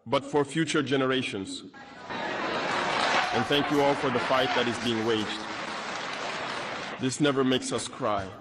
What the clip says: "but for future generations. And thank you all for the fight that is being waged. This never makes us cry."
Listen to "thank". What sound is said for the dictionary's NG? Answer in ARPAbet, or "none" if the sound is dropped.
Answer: NG